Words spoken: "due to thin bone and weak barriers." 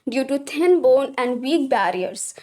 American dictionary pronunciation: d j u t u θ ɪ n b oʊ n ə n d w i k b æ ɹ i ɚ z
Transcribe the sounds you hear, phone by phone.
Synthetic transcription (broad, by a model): d j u t u t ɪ n b oʊ n ə n d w i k b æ ɹ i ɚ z